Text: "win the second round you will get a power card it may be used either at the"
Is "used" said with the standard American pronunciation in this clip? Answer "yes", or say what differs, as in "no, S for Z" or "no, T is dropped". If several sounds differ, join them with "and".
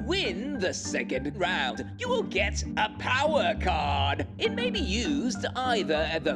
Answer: yes